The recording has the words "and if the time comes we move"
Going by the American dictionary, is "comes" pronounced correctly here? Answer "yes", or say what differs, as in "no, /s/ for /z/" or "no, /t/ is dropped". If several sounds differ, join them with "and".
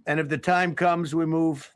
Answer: yes